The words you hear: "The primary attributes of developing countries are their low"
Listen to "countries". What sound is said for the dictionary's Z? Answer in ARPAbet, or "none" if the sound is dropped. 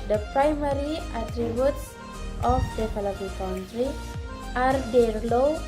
none